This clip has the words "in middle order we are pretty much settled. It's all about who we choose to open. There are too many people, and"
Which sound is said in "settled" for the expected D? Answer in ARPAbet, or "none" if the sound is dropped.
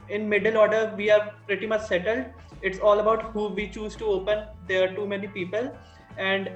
D